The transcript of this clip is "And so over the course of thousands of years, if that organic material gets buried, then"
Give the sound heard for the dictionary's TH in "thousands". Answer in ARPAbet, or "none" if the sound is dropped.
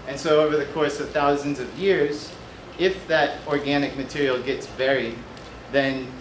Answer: TH